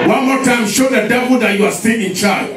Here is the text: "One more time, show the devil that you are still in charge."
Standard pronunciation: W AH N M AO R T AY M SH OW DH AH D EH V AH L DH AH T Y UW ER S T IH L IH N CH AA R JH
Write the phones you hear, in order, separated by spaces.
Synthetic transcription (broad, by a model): W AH N M AO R T AY M SH OW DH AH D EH B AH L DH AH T Y UW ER S T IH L IH N CH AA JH